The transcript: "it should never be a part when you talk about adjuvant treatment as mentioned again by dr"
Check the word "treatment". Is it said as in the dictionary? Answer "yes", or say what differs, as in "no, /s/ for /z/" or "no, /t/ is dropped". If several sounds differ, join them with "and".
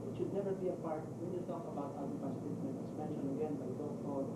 no, /ɹ/ is dropped